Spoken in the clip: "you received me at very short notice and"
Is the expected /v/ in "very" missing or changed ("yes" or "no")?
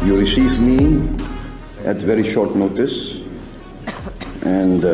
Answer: no